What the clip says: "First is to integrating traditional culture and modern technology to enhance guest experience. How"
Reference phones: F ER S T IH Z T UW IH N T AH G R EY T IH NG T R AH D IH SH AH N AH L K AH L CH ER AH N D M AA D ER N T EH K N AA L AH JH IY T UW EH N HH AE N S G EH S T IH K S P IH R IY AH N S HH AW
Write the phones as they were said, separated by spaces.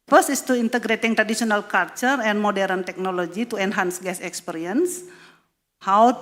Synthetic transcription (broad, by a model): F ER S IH S T UW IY N T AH G R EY T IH NG T R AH D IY S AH N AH L K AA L CH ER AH N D M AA D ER N T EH K N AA L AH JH IY T UW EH N HH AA N S G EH S IH K S P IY R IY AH N S HH AW